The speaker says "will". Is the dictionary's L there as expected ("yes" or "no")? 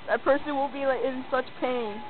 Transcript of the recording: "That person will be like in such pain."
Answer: no